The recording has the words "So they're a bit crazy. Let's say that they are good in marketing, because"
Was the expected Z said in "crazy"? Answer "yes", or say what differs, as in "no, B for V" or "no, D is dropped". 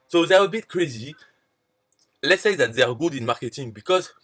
yes